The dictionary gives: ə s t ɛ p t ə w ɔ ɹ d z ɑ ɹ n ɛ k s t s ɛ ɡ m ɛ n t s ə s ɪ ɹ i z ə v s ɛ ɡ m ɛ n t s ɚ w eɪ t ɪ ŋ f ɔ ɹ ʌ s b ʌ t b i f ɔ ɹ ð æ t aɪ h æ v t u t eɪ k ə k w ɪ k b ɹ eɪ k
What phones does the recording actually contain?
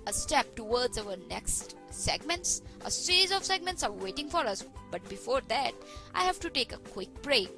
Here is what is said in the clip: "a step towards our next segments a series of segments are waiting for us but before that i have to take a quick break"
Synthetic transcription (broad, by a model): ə s t ɛ p t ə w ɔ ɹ d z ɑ w n ɛ k s t s ɛ ɡ m ɛ n t s ə s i ɹ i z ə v s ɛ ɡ m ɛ n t s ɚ w eɪ t ɪ ŋ f ɔ ɹ ʌ s b ʌ t b i f ɔ ɹ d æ t aɪ h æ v t u t eɪ k ə k w ɪ k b ɹ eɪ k